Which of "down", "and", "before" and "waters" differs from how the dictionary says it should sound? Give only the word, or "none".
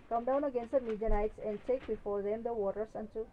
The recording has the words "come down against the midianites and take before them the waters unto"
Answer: waters